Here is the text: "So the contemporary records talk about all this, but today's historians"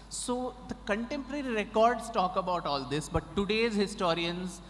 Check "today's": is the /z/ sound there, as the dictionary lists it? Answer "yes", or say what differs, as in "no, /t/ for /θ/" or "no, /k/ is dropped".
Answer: yes